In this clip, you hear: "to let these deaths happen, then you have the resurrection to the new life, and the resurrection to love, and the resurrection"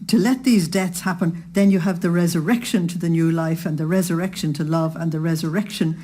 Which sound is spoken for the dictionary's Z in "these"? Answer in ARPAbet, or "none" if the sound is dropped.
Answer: Z